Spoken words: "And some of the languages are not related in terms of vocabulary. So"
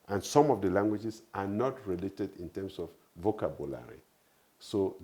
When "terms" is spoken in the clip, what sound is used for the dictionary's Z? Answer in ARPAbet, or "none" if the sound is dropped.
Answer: S